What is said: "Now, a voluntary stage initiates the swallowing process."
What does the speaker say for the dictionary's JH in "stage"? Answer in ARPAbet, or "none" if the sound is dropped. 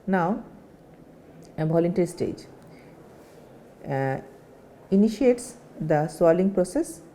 JH